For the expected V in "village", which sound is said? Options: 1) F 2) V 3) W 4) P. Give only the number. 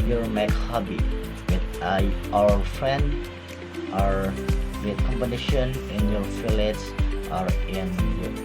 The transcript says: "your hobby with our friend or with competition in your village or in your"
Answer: 1